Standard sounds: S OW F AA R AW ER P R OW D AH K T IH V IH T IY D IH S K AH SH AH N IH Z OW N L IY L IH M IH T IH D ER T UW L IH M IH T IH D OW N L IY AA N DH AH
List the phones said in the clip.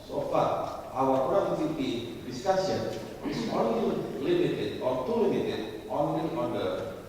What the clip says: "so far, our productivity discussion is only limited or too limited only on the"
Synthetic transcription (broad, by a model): S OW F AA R AW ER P OW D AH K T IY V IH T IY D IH S K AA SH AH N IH S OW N L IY L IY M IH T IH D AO T UW L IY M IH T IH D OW N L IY AA N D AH